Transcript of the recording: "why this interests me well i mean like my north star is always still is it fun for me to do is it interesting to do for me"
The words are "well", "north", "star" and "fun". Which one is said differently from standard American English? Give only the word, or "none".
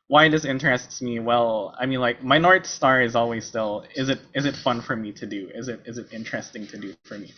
north